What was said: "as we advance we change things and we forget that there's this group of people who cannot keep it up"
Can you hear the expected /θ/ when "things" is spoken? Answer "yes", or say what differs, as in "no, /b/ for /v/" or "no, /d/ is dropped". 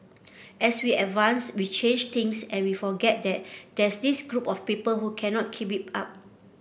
no, /t/ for /θ/